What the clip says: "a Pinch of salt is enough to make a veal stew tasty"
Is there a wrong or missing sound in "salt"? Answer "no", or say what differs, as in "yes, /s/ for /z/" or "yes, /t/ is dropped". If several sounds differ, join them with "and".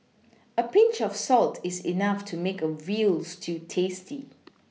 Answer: no